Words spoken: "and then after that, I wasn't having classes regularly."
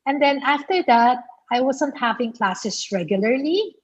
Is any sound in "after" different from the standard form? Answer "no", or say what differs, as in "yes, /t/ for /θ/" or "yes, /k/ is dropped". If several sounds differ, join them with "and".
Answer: no